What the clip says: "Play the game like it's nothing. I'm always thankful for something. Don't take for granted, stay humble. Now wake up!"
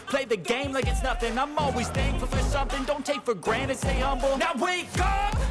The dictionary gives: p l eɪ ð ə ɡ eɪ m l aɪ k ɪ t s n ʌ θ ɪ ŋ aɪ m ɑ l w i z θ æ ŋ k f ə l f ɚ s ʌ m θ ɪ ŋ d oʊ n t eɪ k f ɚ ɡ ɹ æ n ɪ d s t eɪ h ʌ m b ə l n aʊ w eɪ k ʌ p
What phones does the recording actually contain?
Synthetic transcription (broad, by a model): p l eɪ ð ə ɡ eɪ m l aɪ k ɪ t s n ʌ θ ɪ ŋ aɪ m ɑ l w i z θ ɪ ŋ f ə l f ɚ s ʌ m θ ɪ ŋ d oʊ n t eɪ k f ɚ ɡ ɹ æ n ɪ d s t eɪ h ʌ m b l n aʊ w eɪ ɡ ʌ